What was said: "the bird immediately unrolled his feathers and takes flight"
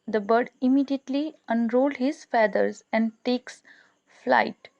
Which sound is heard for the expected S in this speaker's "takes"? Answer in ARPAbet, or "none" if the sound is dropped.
S